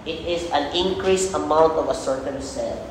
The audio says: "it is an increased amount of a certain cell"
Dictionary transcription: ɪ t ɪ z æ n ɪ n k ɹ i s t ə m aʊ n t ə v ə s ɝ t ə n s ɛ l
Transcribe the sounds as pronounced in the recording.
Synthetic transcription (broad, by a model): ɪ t ɪ z æ n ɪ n k ɹ i s ə m aʊ n t ə v ə s ɝ t ə n s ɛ l